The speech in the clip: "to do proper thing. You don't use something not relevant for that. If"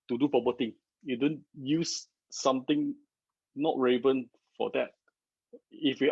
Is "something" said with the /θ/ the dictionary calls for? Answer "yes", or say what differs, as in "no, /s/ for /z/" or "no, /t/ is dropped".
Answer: no, /t/ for /θ/